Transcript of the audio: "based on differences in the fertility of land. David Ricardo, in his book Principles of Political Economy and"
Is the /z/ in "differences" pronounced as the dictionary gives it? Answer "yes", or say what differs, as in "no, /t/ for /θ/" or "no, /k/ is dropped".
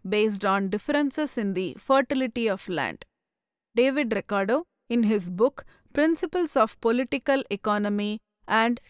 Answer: no, /s/ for /z/